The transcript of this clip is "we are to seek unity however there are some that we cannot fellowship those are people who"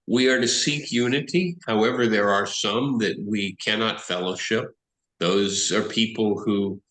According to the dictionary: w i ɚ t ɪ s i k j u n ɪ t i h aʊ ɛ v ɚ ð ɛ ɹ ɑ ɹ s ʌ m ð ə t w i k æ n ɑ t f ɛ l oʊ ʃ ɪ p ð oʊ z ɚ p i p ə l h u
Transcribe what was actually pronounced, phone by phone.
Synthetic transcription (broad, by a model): w i ɚ t ɪ s i k j u n ɪ t i h aʊ ɛ v ɚ ð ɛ ɹ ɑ ɹ s ʌ m ð ə t w i k æ n ɑ t f ɛ l oʊ ʃ ɪ p ð oʊ z ɚ p i p l h u